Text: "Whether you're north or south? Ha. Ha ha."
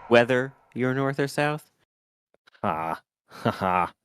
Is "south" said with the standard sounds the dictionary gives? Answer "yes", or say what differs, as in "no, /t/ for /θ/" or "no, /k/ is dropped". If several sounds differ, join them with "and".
yes